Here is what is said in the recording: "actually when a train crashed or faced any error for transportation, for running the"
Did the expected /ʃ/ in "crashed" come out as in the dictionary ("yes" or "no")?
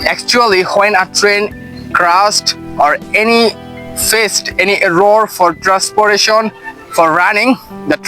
no